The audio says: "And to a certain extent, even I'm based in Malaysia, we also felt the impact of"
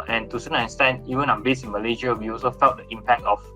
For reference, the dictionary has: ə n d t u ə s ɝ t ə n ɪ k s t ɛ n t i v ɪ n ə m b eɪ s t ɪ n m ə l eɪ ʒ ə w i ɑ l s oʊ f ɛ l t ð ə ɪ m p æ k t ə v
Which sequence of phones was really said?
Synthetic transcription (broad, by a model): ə n t u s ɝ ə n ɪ s t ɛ n i v ɪ n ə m b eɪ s ɪ n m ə l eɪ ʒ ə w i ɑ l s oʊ f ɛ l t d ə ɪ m p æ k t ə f